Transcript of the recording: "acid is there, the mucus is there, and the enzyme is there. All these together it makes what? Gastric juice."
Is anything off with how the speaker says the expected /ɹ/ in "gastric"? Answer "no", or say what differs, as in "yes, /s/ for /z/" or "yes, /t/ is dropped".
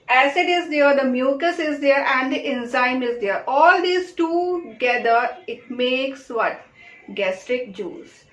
no